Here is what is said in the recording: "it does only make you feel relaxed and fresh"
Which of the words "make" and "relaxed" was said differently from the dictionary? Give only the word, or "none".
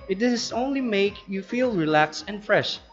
relaxed